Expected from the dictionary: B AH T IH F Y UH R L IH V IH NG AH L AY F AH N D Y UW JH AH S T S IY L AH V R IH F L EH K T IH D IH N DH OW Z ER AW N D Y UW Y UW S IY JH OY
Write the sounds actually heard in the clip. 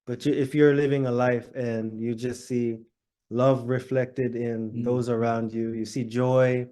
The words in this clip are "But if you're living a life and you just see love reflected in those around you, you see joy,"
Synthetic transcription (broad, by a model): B AH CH IH F Y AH R L IH V IH NG AH L AY F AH N Y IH JH AH S T S IY L AH V R IH F L EH K T IH D IH N DH OW Z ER AW N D Y UW Y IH S IY JH OY